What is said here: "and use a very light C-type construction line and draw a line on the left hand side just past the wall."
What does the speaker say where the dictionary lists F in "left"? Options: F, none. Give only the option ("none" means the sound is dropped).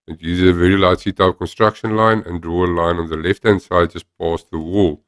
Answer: F